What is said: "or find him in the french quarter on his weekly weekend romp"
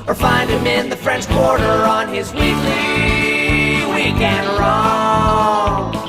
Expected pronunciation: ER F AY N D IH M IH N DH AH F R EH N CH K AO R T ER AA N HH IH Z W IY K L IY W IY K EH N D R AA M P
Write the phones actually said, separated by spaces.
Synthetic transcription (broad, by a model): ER F AY N D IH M IH N DH AH F R EH N CH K AO R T ER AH N IH Z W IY L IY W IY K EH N R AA